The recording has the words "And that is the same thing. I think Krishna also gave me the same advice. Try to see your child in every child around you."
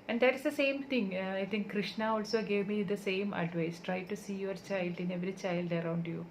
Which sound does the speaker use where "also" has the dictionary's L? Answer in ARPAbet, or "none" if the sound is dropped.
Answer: L